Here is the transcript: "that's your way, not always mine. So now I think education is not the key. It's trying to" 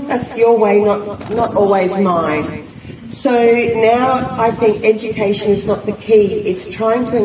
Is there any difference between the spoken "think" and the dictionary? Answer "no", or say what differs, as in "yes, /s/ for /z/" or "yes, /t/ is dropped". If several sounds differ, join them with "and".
no